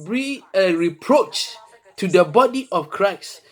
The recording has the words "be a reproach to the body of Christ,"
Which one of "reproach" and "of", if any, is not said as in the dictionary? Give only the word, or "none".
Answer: of